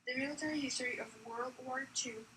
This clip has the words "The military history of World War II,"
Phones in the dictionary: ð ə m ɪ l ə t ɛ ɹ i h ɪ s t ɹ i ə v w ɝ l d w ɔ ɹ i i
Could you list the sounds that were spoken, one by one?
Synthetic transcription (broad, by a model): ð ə m ɪ l ə t ɛ ɹ i h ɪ s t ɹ i ə v w ɝ l d w ɔ ɹ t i